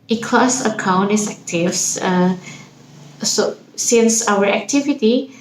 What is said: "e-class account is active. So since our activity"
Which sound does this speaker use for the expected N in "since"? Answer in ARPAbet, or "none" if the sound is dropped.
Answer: L